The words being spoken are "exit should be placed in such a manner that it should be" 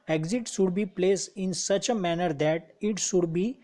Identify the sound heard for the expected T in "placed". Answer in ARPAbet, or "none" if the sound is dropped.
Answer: none